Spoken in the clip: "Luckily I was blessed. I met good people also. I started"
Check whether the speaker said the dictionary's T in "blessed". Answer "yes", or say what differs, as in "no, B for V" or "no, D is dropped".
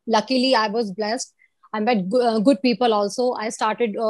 yes